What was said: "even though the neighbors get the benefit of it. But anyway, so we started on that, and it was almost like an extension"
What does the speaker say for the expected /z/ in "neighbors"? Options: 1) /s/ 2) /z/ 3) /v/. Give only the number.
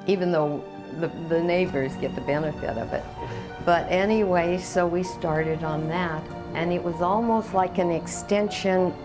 2